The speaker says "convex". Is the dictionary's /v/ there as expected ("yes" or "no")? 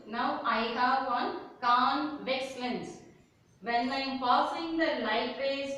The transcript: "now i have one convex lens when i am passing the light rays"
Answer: yes